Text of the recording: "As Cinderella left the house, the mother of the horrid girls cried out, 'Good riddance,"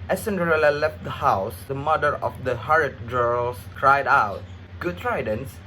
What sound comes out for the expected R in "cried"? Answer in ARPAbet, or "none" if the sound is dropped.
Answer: R